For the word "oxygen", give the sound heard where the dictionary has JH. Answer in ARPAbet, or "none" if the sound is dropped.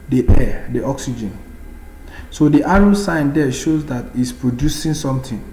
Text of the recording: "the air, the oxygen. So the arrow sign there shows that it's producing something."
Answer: JH